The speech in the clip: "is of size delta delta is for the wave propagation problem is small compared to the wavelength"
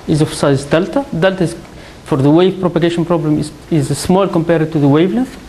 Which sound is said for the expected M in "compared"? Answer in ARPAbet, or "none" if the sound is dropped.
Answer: M